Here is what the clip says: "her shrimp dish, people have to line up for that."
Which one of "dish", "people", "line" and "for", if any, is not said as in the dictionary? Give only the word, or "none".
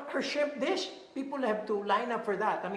dish